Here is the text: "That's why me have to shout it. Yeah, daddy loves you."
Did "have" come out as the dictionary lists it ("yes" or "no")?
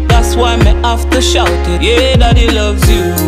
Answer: no